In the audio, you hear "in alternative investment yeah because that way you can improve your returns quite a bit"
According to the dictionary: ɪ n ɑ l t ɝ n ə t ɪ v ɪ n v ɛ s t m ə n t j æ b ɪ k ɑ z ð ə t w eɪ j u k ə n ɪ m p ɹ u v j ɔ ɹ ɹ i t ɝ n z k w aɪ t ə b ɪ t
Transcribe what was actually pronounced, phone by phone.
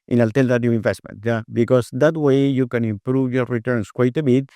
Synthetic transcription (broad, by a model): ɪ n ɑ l t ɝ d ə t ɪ ɪ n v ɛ s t m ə n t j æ b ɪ k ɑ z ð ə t w eɪ j u k ə n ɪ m p ɹ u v j ɔ ɹ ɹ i t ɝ n s k w aɪ t ə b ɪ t